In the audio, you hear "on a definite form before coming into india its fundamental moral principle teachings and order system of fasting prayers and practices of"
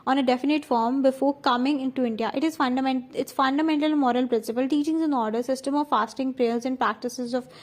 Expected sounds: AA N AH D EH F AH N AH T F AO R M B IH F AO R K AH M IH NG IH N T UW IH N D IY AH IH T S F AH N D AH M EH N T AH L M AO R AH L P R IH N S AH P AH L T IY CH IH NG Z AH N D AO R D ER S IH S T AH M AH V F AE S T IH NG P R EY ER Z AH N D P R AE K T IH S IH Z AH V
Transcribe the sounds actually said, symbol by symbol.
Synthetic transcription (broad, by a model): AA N AH D EH F AH N AH T F AO R M B IH F AO R K AH M IH NG IH N T UW IH N D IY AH IH T S F AH N D AH M EH N T AH L M AO R AH L P R IH N S AH P AH L T IY CH IH NG Z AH N AO R D ER S IH S T AH M AH V F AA S T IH NG P R EY ER Z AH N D P R AE K T IH S IH Z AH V